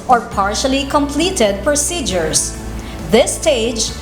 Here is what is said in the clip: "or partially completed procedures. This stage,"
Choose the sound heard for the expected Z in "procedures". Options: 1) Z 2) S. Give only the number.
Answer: 2